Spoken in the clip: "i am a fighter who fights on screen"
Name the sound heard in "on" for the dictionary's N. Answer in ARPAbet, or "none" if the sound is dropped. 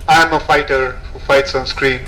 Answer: N